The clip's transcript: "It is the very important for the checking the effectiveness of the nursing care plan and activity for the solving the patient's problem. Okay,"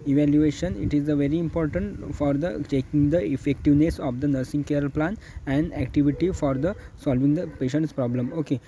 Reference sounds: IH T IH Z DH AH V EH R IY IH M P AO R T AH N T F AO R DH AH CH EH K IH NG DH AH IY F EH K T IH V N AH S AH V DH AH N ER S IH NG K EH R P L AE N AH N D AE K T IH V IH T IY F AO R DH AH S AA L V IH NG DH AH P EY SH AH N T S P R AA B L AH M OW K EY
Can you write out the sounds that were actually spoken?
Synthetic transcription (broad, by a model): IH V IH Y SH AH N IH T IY IH M P AO R T AH N T F AO R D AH CH EH K IH NG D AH IY F EH K T IH V N AH S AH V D AH N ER S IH NG K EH R P L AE N AH N D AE K T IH V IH T IY F AO R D AH S AA L V IH NG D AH P EY SH AH N T S P R AA B L AH M OW K EY